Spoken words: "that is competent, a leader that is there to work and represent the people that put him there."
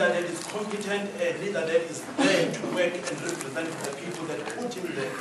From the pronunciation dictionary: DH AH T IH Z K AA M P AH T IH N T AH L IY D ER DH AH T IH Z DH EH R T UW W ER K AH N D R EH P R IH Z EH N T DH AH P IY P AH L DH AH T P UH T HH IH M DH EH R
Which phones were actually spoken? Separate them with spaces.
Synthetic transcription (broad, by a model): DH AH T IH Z K AA M P AH T IH N T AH N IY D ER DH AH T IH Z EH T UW W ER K AH N D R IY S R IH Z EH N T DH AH P IY P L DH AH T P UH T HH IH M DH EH